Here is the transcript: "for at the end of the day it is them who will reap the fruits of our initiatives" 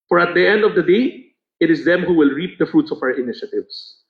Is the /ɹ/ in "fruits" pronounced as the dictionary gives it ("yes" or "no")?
yes